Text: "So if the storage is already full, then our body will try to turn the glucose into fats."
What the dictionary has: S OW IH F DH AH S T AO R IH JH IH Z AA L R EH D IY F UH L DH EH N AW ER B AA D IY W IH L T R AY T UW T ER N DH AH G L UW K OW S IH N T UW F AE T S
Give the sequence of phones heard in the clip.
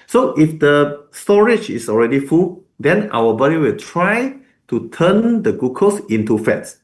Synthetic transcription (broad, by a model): S OW IH F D AH S T AO R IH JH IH S AA L R EH D IY F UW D EH N AW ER B AA D IY W IH L T R AY T UW T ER N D AH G UW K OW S IH N T UW F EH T S